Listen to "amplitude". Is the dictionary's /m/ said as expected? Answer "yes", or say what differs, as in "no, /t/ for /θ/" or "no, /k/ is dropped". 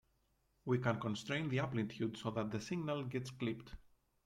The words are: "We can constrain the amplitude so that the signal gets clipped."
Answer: no, /m/ is dropped